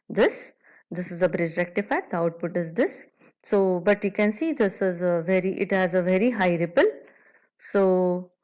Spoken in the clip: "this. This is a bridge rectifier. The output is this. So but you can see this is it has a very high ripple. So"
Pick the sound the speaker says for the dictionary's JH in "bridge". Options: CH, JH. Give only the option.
JH